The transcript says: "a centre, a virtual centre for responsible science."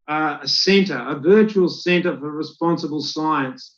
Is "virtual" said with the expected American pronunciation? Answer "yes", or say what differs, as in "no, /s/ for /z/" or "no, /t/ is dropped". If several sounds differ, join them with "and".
yes